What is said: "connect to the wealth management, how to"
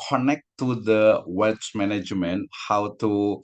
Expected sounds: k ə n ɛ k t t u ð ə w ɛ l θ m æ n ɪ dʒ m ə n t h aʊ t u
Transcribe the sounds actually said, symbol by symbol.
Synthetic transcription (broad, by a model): k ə n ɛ k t t u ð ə w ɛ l s m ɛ n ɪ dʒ m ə n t h aʊ t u